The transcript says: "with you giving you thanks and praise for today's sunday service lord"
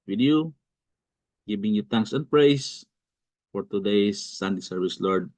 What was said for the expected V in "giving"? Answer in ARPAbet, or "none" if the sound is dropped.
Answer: B